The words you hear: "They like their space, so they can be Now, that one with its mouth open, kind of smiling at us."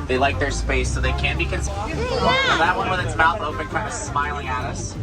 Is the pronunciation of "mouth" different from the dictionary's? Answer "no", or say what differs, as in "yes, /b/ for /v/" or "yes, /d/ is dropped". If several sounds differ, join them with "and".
yes, /t/ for /θ/